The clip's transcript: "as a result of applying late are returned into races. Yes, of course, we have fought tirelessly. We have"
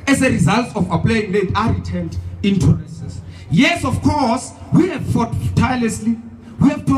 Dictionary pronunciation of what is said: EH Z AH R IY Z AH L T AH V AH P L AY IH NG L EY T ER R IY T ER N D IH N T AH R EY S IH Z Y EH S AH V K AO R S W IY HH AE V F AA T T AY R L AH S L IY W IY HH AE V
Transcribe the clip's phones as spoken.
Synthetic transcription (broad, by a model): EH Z AH R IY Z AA L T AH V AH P L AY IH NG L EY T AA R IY T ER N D IH N T AH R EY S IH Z Y EH S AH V K AO S W IY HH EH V F AA T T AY L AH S L IY W IY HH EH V